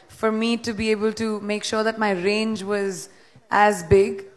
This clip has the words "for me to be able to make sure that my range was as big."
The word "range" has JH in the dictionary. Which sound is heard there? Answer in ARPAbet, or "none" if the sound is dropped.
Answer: JH